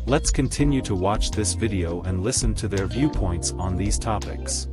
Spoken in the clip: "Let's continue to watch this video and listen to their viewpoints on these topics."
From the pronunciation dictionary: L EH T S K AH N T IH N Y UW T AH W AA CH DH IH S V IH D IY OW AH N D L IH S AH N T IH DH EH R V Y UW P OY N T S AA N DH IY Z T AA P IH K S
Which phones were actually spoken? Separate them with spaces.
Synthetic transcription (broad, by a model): L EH T S K AH N T IH N Y UW T AH W AA CH DH IH S V IH D IY OW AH N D L IH S AH N T IH DH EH R V Y UW P OY N T S N DH IY Z T AA P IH K S